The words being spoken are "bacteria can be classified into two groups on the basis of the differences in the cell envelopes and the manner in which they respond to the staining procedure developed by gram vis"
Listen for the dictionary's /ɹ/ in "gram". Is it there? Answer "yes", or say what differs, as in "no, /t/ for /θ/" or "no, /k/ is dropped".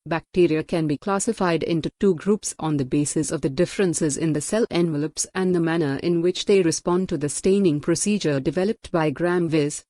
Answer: yes